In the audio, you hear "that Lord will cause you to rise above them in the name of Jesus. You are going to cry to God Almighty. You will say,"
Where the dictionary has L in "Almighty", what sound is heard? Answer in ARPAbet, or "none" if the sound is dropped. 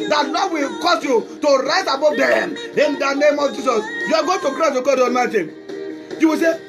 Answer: none